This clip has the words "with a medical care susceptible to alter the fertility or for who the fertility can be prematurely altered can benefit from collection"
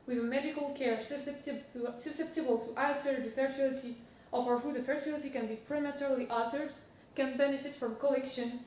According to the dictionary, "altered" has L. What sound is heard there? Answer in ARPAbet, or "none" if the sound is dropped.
none